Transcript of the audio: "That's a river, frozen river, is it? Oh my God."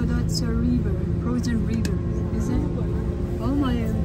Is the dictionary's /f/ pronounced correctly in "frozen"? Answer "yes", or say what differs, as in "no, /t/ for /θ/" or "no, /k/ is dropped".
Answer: no, /p/ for /f/